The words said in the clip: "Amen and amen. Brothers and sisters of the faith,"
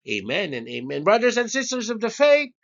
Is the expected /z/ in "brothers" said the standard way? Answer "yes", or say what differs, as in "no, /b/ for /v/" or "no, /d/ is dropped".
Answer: yes